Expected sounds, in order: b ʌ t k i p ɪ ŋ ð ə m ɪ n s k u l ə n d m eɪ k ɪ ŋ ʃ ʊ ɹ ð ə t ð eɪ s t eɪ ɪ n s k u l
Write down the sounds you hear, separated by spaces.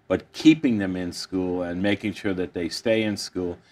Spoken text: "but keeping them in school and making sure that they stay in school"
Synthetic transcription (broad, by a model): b ʌ t k i p ɪ ŋ ð ə m ɪ n s k u l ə n m eɪ k ɪ ŋ ʃ ʊ ɹ ð ə t ð eɪ s t eɪ ɪ n s k u l